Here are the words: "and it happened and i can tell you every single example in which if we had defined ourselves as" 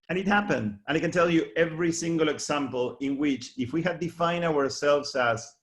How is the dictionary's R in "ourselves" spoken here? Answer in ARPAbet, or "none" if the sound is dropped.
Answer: R